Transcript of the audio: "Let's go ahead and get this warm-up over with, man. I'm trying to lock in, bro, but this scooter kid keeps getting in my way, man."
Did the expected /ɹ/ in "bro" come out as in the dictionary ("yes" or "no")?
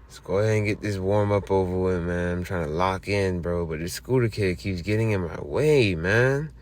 yes